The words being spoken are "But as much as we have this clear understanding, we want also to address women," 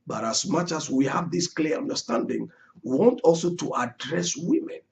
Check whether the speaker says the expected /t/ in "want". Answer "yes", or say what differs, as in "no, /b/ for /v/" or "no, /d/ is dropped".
yes